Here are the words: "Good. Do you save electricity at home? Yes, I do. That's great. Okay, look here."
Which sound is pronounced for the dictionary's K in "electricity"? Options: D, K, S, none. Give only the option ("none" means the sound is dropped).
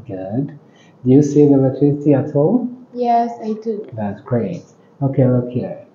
none